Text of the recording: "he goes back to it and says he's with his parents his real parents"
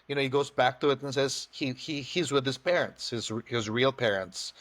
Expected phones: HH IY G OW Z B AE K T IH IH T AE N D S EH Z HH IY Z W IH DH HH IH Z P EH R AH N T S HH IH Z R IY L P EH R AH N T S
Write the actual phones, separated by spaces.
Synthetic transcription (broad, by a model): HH IY G OW Z B AE K T IH IH T N S EH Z HH IY Z W IH DH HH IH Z P EH R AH N T S HH IH Z R IY L P EH R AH N T S